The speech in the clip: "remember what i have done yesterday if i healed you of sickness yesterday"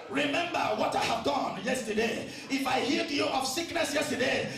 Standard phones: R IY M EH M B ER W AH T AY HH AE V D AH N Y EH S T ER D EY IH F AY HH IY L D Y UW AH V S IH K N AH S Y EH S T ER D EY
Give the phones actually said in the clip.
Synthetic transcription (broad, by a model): R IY M EH M B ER W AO T AY HH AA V D AH N Y EH S T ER D EY IH F AY HH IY D Y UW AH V S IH K N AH S Y EH S T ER D EY